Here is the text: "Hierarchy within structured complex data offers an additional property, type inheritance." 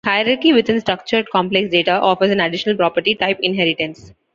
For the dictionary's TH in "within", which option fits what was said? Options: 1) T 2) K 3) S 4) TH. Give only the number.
1